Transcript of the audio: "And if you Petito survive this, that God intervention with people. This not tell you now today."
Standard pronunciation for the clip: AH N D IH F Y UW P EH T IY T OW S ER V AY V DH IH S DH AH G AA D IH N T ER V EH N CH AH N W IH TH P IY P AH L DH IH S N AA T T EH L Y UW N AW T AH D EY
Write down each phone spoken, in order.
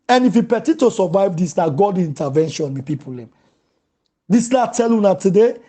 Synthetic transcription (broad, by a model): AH N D IH F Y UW P EH T IY T OW S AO V AY V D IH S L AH G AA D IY N T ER V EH N SH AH N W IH P IY P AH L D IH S L AA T T EH L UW N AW T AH D EY